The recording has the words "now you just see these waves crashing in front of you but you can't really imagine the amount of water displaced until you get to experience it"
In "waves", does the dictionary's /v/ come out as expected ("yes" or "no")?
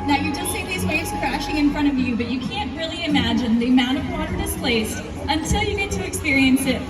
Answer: no